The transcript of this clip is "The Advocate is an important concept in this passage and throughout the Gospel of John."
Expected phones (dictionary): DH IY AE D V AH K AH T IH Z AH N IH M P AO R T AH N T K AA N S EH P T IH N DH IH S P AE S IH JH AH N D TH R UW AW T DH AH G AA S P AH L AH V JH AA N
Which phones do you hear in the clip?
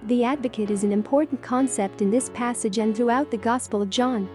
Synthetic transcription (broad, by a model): DH IY AE D V AH K AH T IH Z N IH M P AO R T N K AA N S EH P T IH N DH IH S P AE S IH JH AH N TH R UW AW T DH AH G AA S P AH L AH V JH AA N